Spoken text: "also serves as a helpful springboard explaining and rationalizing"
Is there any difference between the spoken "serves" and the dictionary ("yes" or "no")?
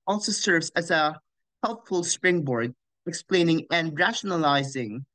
no